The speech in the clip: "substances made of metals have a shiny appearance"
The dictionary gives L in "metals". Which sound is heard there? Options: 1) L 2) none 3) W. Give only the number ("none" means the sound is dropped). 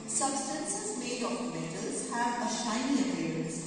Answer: 2